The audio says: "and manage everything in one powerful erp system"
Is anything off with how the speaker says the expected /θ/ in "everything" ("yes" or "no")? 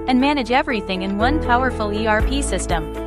no